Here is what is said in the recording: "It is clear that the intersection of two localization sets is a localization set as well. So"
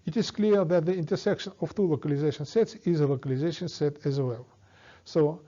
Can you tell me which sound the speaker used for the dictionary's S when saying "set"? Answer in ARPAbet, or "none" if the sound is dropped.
S